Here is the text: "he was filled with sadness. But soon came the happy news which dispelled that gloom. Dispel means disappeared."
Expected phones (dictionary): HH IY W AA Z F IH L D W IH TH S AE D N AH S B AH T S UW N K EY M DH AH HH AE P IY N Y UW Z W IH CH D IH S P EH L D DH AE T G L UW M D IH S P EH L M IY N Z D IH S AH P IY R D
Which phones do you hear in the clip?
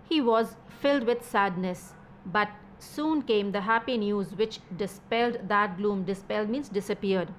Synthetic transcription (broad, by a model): HH IY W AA Z F IH L D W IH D S AE D N AH S B AH T S UW N K EY M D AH HH AE P IY N Y UW Z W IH CH D IH S P EH L D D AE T G L UW M D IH S P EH L M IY N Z D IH S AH P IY R D